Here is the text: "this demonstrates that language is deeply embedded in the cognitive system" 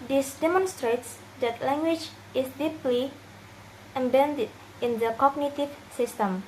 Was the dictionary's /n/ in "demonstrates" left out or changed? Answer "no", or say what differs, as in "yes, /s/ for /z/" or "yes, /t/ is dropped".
no